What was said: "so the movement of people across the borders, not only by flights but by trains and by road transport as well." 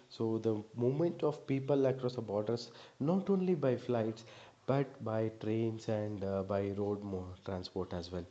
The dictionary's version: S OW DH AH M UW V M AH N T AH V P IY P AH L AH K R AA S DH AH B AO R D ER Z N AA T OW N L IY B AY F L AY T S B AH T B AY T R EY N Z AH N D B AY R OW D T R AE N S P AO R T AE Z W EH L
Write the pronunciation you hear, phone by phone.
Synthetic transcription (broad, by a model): S OW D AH M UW M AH N T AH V P IY P AH L AH K R AA S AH B AO R D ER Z N AA T OW N L IY B AY F L AY T S B AH T B AY T R EY N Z AH N D B AY R OW D T R AE N S P AO R T AE Z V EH L